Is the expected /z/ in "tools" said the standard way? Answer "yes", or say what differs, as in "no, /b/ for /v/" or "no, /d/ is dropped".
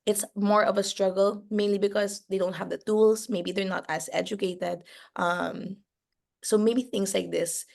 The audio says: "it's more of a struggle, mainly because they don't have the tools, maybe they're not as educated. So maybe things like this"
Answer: no, /s/ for /z/